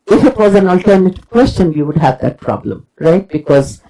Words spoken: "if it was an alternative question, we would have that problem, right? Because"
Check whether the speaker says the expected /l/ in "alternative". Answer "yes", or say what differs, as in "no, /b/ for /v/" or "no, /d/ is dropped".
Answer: yes